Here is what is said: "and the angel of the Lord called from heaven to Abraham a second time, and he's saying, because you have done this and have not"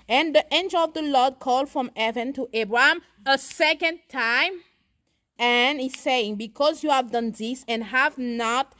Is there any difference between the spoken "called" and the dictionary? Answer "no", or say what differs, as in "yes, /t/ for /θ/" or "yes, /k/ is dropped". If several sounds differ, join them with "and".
no